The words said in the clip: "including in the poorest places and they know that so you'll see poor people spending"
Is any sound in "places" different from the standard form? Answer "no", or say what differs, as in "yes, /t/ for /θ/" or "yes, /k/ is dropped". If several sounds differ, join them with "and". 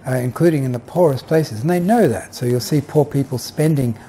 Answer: no